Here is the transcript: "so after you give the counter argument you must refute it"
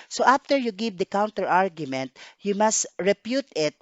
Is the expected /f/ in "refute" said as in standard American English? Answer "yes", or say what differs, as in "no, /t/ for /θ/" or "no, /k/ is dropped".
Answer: no, /p/ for /f/